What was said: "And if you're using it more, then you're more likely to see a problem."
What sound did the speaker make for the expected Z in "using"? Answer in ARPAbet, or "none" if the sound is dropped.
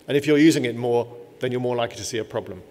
Z